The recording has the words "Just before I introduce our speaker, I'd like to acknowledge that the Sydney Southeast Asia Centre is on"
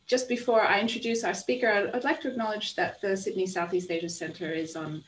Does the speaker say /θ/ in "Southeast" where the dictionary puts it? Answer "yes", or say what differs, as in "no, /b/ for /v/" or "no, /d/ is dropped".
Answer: yes